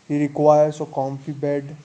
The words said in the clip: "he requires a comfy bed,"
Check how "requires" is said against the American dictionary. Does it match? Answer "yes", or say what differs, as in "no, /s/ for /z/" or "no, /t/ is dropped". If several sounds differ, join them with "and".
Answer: no, /s/ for /z/